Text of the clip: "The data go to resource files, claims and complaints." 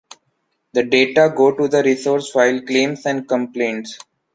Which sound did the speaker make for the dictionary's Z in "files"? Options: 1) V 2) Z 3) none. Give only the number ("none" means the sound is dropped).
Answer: 3